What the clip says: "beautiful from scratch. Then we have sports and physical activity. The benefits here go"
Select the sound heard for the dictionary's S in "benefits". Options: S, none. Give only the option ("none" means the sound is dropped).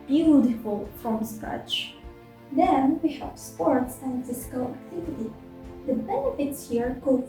S